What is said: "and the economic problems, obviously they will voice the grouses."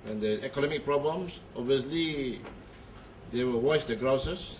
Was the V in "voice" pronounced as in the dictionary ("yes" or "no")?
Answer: no